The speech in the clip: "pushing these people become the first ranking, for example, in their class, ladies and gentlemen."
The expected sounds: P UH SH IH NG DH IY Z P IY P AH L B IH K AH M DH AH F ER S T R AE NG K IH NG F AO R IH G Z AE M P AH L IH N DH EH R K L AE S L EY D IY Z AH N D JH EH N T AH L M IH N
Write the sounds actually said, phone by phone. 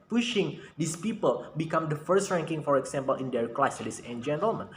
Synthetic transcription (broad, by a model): P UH SH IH NG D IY S P IY P AH L B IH K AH M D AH F ER S T R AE NG K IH NG F AO R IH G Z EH M P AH L IH N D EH R K L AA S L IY S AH N JH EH N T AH L M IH N